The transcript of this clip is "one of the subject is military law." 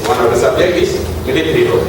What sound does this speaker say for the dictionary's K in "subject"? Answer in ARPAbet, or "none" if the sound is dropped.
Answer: none